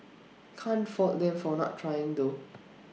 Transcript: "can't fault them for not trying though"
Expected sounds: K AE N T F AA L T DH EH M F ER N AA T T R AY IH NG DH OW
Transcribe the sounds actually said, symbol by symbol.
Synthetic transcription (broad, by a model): K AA N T F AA T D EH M F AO N AA T T R AY IH NG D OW